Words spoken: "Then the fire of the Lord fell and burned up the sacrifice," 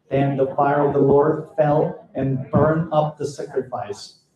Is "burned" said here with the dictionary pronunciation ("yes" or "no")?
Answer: no